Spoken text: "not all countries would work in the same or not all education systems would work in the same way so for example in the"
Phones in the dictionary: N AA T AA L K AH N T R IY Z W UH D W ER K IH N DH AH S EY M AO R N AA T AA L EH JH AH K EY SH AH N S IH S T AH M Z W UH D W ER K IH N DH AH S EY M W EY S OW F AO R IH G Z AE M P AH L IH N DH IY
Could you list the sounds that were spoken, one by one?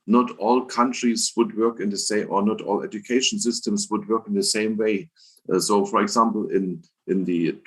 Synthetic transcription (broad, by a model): N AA T AA L K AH N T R IY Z W UH D W ER K IH N DH AH S EY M AO R N AA T AA L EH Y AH K EY SH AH N S IH S T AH M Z W UH D W ER K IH N DH AH S EY M W EY S OW F AO R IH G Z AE M P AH N IH N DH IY